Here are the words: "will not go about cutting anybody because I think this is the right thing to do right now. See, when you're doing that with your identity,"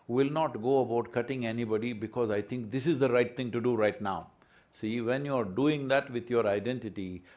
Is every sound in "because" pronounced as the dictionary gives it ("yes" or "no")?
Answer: yes